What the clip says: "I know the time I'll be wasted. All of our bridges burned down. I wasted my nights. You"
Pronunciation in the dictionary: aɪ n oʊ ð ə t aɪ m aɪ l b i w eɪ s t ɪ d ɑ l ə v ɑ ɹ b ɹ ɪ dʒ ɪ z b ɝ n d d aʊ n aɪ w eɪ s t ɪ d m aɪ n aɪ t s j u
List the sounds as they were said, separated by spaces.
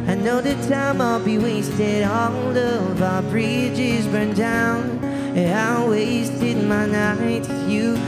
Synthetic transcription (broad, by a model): aɪ n oʊ ð ə t aɪ m aɪ l b i w eɪ s t ɪ d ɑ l ə v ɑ b ɹ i dʒ ɪ z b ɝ n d d aʊ n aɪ w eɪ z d ɪ d m aɪ n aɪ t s j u